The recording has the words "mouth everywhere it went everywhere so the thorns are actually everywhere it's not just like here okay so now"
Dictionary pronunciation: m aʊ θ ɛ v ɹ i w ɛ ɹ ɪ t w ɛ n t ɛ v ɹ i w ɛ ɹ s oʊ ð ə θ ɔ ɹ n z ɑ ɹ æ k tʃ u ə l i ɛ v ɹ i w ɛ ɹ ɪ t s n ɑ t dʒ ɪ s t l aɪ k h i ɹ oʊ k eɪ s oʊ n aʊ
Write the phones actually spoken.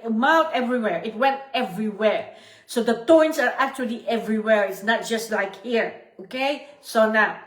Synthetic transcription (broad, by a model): m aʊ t ɛ v ɹ i w ɛ ɹ ɪ t w ɛ n t ɛ v ɹ i w ɛ ɹ s oʊ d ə t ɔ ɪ n s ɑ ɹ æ k tʃ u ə l i ɛ v ɹ i w ɛ ɹ ɪ t s n ɑ t dʒ ɪ s t l aɪ k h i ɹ oʊ k eɪ s oʊ n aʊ